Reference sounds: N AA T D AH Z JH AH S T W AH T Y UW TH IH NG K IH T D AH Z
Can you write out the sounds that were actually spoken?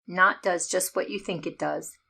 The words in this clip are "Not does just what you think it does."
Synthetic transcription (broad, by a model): N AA T D AH Z JH AH S T W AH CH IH TH IH NG K IH T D AH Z